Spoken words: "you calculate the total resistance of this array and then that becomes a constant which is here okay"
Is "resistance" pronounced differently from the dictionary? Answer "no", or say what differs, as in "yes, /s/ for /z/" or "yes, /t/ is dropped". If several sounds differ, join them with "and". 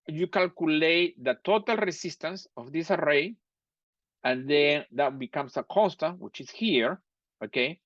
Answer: yes, /s/ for /z/